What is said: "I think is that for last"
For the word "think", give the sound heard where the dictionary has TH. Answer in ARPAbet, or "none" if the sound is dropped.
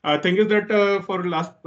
T